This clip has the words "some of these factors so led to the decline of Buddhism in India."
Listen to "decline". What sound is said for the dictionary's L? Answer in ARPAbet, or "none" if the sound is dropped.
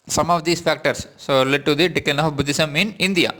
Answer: none